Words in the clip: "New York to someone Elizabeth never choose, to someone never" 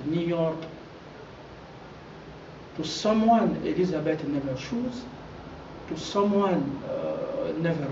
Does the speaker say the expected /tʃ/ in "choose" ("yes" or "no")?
no